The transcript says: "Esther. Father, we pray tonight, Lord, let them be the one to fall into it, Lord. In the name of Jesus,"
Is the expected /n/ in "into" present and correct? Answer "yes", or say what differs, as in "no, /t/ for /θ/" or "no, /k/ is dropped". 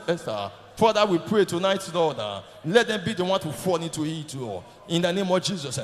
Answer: no, /n/ is dropped